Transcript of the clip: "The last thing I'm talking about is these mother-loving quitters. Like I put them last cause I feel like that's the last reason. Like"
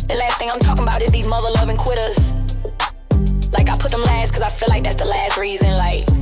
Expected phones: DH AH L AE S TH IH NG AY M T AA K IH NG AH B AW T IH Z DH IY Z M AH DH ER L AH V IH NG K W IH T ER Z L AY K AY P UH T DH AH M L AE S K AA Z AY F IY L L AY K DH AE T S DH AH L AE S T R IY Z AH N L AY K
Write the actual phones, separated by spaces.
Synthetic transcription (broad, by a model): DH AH L AE S TH IH NG AY M T AA K IH NG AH B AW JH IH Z DH IY Z M AH DH ER L AH V IH NG K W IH T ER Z L AY K AY P UH T DH AH M L AE S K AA Z AY F IY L L AY K DH AE T S DH AH L AE S T R IY Z AH N L AY K